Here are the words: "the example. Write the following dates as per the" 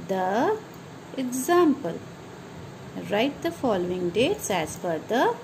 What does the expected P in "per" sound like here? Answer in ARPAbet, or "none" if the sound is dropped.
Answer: F